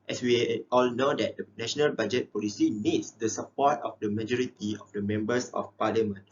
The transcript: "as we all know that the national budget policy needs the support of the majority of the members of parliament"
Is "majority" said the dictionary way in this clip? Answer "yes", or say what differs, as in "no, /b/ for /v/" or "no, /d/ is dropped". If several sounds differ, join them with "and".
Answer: yes